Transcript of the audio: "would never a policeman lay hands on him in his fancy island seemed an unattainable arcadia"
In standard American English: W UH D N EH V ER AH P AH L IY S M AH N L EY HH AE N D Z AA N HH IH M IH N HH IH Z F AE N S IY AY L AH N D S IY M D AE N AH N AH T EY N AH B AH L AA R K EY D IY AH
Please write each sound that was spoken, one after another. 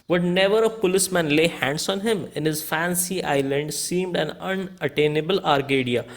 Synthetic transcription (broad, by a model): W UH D N EH V ER AH P AH L IY S M AH N L EY HH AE N D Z AA N HH IH M IH N HH IH Z F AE N S IY AY L AH N D S IY M D AE N AH N AH T EY N AH B AH L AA R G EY D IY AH